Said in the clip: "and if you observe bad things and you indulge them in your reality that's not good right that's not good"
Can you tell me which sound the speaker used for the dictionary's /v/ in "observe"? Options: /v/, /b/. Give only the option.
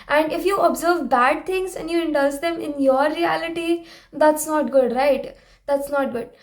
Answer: /v/